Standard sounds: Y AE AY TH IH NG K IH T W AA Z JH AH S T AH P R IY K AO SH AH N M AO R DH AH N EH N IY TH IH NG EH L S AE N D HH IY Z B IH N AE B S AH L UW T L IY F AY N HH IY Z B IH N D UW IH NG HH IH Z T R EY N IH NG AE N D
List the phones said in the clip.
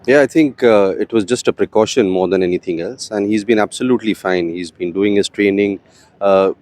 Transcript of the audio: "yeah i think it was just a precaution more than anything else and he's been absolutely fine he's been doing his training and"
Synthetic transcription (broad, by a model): Y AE AY T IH NG K IH T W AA Z JH AH S T AH P R IY K AO SH AH N M AO R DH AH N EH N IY T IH NG EH L S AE N D HH IY Z B IH N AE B S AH L UW T L IY F AY N HH IY Z B IH N D UW IH NG HH IH Z T R EY N IH NG